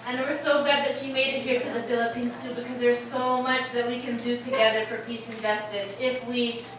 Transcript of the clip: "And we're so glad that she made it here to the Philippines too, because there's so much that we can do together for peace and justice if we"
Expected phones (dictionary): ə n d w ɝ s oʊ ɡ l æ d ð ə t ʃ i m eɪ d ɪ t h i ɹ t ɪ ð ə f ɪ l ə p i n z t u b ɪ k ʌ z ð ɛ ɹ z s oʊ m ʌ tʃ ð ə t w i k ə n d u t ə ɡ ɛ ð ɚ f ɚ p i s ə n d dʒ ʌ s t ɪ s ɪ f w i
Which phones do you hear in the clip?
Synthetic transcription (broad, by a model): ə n w ɝ s oʊ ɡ æ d ð ə t ʃ i m eɪ d ɪ t h i ɹ t ɪ ð ə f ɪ l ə p i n s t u b ɪ k ʌ z ð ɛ ɹ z s oʊ m ʌ tʃ ð ə t w i k ə n d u t ə ɡ ɛ ð ɚ f ɚ p i s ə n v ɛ s t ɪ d ɪ f w i